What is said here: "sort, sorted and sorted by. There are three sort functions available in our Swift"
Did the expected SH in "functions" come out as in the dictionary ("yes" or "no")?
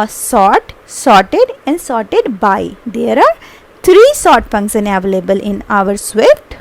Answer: no